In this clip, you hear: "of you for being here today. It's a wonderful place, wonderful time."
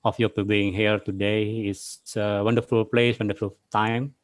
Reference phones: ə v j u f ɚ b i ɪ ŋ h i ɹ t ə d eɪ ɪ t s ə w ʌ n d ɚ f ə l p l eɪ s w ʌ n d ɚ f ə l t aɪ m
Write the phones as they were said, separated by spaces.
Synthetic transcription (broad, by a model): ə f j u p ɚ b i ɪ ŋ h i ɹ t ə d eɪ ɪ s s ə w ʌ n d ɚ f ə l p l eɪ s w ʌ n d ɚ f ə l t aɪ m